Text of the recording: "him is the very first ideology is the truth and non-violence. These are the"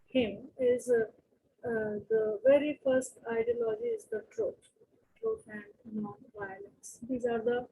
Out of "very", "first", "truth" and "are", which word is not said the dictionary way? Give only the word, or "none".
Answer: truth